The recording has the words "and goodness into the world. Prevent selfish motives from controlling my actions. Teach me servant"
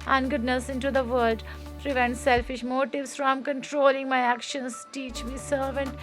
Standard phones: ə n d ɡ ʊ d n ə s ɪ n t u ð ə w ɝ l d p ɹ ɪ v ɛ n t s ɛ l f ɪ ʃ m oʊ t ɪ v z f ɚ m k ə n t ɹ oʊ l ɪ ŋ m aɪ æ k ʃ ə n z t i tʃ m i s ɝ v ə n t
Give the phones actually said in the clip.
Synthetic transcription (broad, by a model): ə n ɡ ʊ d n ə s ɪ n t u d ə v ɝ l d p ɹ ɪ v ɛ n t s ɛ l f ɪ ʃ m oʊ t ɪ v s f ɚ m k ə n t ɹ oʊ l ɪ ŋ m aɪ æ k ʃ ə n s t i tʃ m i s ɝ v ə n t